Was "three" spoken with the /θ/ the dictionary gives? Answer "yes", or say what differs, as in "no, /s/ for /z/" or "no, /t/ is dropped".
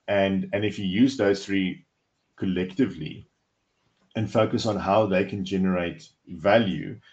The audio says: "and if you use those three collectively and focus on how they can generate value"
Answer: yes